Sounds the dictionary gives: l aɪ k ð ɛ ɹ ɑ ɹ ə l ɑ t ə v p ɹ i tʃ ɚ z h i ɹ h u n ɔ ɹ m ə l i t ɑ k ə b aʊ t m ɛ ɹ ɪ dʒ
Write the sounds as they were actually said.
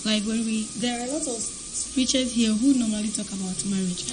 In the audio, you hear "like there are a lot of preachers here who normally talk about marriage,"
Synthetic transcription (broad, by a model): l aɪ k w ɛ w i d ə l ɑ t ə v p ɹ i tʃ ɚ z h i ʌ h u n ɔ m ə l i t ɑ k ə b aʊ t m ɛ ɹ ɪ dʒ